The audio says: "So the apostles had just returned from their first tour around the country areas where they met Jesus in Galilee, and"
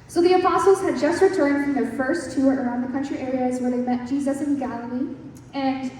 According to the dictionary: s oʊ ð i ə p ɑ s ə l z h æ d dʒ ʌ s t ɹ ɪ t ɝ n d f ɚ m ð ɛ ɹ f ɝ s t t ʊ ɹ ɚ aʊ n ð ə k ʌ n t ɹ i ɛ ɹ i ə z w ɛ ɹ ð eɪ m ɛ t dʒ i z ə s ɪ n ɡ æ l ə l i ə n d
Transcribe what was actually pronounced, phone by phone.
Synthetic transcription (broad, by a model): s oʊ ð i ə p ɑ s l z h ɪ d dʒ ʌ s t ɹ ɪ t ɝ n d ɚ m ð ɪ f ɝ s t t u ɹ ɚ aʊ n ð ə k ʌ n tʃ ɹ i ɛ ɹ i ə z w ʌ ɹ ð eɪ m ɛ t dʒ i z ə s ɪ n ɡ æ l ə l i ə n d